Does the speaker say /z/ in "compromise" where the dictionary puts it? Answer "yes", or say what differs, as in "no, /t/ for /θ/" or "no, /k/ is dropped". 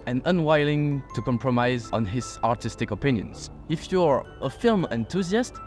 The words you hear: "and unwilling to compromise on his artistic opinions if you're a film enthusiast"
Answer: yes